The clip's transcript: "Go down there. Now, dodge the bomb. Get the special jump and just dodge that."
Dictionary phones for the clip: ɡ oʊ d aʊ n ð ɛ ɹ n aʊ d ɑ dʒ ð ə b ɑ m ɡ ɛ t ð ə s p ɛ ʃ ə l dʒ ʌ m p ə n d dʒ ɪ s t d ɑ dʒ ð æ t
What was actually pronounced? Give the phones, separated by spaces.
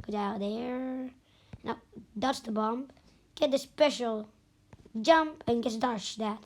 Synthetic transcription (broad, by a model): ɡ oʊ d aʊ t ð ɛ ɹ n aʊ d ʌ tʃ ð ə b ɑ m ɡ ɛ t ð ə s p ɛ ʃ l dʒ ʌ m p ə n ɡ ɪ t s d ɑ ʃ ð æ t